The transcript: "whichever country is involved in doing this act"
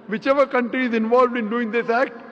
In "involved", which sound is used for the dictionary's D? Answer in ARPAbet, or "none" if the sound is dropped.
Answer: D